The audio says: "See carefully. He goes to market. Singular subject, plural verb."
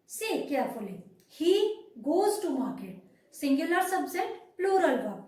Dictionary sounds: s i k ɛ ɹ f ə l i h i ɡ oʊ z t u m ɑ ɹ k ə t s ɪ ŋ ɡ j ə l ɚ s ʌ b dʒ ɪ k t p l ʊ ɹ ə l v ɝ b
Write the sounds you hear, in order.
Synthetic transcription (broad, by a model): s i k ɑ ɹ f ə l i h i ɡ oʊ z t u m ɑ ɹ k ə t s ɪ ŋ ɡ j ə l ɚ s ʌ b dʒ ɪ t p l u ɹ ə l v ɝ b